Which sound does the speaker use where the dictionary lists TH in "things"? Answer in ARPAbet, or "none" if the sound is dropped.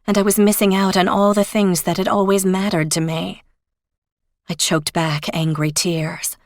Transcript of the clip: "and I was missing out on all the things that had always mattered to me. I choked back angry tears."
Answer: TH